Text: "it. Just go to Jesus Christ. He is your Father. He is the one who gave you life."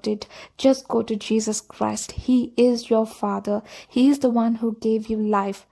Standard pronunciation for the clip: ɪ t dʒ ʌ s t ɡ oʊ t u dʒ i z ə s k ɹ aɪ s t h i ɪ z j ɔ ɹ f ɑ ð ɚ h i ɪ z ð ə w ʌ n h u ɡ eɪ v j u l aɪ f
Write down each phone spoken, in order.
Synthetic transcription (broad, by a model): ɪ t dʒ ʌ s t ɡ oʊ t u dʒ i z ə s k ɹ aɪ s t h i ɪ z j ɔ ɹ f ɑ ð ɚ h i ɪ z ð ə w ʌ n h u ɡ eɪ v j u l aɪ f